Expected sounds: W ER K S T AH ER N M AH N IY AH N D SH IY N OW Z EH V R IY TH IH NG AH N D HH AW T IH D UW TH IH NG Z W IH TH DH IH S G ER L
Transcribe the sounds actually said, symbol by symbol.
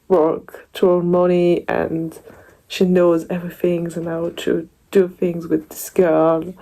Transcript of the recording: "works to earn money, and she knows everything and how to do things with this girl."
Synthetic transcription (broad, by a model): W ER K T AH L M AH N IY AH N SH IY N OW Z EH V R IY TH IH NG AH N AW T IH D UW TH IH NG Z W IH DH IH S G ER L